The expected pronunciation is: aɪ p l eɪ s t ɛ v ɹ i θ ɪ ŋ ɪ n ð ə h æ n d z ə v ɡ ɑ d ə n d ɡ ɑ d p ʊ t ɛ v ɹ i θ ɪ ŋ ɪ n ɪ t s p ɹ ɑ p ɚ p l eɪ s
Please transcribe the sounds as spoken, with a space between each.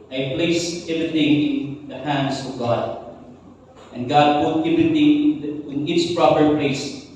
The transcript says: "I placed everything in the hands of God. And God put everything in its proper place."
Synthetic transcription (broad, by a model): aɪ p l eɪ s ɛ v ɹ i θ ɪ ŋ ɪ n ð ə h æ n d s ə v ɡ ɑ d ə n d ɡ ɑ d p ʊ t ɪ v i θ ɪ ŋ ɪ n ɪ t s p ɹ ɑ p ɚ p l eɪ s